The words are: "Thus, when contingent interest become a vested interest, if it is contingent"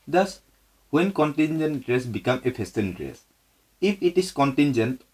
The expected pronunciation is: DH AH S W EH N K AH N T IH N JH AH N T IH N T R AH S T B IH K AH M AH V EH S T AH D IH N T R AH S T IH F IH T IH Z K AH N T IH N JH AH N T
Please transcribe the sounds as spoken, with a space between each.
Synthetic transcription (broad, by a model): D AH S W EH N K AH N T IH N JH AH N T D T R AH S B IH K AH M AH P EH S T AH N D R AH S IH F IH T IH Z K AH N T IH N JH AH N T